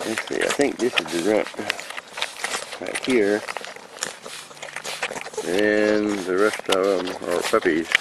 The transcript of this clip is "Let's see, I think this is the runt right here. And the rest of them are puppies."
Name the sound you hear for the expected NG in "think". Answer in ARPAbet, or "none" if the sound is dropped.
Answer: NG